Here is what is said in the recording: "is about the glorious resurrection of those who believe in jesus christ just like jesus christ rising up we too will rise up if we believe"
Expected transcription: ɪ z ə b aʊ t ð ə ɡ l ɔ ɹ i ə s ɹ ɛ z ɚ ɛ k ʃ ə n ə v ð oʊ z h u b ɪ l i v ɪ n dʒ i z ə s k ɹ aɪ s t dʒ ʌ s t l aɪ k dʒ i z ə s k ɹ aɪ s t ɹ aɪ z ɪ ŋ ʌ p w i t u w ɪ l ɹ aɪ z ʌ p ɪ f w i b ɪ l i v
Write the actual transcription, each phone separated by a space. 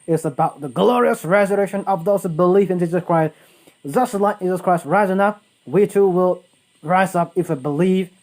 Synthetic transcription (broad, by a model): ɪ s ə b aʊ t ð ə ɡ l ɔ ɹ i ə s ɹ ɛ z ɚ ɛ k ʃ ə n ə v ð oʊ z b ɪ l i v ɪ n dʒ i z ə s k ɹ aɪ s t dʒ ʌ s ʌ l aɪ k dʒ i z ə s k ɹ aɪ s t ɹ aɪ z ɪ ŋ ʌ p w i t u w ɪ l ɹ aɪ z ʌ p ɪ f w i b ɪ l i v